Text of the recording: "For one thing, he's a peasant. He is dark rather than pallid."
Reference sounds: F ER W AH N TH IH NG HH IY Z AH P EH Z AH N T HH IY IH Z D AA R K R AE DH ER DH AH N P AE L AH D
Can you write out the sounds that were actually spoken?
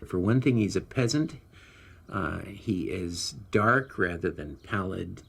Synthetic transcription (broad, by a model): F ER W AH N TH IH NG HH IY Z AH P EH Z AH N T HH IY IH Z D AA R K R AE DH ER DH AH N P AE L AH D